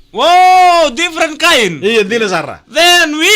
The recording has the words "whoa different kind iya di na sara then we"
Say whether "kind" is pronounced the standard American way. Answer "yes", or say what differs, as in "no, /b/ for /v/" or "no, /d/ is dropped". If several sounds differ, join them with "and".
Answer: no, /d/ is dropped